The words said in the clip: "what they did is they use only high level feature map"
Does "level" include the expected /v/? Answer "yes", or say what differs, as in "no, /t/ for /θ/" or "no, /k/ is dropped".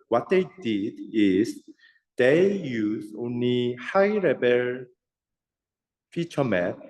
no, /b/ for /v/